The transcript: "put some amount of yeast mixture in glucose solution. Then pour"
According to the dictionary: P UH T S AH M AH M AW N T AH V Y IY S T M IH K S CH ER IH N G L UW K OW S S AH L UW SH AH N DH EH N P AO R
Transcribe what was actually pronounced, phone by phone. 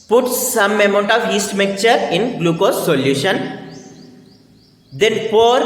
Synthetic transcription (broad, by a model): P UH T S AH M AH M AW N T AH V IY S T M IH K CH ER IH N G L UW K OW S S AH L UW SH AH N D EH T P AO R